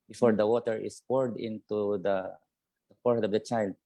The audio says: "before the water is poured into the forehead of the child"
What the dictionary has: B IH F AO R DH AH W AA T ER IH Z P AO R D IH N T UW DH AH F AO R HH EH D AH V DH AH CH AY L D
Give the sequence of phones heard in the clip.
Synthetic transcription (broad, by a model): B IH F AO R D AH W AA T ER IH S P AO R D IH N T UW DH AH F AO R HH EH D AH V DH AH CH AY L D